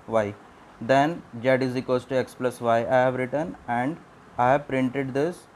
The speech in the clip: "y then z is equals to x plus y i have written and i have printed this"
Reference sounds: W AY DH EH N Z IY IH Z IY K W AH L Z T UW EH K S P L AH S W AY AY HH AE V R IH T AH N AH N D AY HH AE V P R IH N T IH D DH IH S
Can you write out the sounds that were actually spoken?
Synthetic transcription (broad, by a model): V AY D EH N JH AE IH Z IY K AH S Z T UW EH K S P L AH S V AY AY HH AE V R IH T AH N AH N D AY HH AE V P R IH N T IH D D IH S